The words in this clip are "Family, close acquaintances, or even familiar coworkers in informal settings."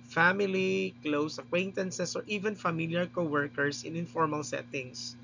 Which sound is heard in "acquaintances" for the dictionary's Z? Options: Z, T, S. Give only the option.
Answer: S